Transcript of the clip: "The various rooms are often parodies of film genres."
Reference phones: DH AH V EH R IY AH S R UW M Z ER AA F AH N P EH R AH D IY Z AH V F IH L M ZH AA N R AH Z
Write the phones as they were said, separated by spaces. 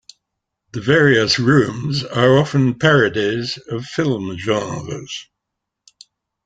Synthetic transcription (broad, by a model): DH AH V EH R IY AH S R UW M Z ER AA F AH N P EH R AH D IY Z AH V F IH L M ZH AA R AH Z